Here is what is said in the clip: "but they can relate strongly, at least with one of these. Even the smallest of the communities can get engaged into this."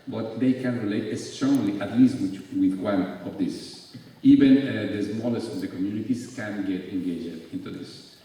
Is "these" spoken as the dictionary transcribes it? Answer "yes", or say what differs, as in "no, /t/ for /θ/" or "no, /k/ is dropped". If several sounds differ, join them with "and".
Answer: no, /s/ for /z/